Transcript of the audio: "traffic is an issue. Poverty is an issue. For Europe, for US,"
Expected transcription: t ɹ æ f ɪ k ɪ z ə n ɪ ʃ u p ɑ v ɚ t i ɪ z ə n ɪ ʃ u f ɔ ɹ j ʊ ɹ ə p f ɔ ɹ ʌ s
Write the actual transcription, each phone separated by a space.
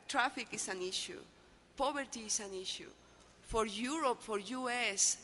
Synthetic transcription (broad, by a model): t ɹ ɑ f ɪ k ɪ s ə n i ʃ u p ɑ b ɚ t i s ə n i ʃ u f ɔ ɹ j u ɹ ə p f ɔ ɹ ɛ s